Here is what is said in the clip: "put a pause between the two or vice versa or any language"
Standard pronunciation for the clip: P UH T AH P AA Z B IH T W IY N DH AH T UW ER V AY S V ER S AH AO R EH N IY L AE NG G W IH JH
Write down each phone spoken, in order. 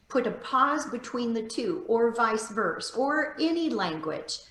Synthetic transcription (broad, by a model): P UH T AH P AA Z B IH T W IY N DH AH T UW ER V AY S V ER S AH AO R EH N IY L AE NG G W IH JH